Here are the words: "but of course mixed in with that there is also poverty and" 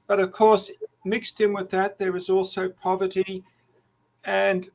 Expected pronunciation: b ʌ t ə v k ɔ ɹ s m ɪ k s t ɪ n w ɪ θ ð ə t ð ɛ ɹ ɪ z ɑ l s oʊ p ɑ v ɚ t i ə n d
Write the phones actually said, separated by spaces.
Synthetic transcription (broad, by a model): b ʌ t ə v k ɔ ɹ s m ɪ k s t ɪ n w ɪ ð ə t ð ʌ ɹ ɪ z ɑ l s oʊ p ɑ v ɚ t i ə n